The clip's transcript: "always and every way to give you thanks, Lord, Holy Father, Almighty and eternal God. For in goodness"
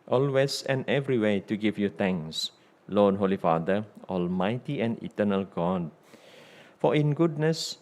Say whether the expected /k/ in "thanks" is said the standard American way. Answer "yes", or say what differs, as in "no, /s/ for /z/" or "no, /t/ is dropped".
no, /k/ is dropped